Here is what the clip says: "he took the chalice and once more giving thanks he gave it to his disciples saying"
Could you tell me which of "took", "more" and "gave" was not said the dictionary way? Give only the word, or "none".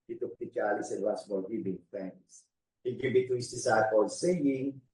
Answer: more